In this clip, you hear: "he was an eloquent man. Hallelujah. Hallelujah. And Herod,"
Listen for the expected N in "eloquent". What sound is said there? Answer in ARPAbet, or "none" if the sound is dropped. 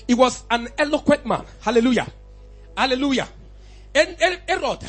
none